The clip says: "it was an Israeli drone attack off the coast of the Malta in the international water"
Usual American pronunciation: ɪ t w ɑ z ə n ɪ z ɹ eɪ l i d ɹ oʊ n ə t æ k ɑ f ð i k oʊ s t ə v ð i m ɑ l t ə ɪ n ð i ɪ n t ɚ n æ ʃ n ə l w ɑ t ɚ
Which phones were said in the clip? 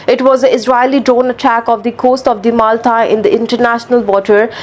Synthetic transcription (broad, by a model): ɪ t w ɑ z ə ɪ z ɹ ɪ l i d ɹ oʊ n ə t æ k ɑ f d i k oʊ s t ə v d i m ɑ l t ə ɪ n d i ɪ n t ɚ n æ ʃ n ə l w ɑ t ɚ